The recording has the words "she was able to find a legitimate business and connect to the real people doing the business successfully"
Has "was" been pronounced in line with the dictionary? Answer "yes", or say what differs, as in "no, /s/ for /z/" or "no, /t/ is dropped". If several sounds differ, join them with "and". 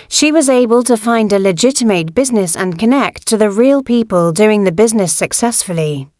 yes